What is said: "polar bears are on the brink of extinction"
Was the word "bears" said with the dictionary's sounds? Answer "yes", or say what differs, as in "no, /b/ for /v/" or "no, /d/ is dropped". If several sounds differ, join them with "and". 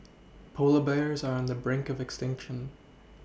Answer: yes